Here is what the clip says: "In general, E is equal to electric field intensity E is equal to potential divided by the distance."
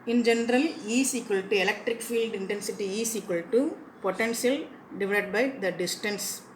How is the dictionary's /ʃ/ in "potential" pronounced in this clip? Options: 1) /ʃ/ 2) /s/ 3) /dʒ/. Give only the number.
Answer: 2